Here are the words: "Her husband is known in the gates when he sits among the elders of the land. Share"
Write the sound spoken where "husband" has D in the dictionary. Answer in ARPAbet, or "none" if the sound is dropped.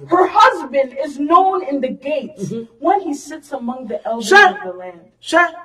D